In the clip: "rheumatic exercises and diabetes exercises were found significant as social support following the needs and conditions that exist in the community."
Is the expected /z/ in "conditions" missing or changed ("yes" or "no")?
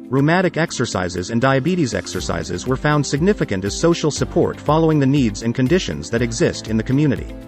no